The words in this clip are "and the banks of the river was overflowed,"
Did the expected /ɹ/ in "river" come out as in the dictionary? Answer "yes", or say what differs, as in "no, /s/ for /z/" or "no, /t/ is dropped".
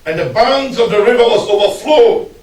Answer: yes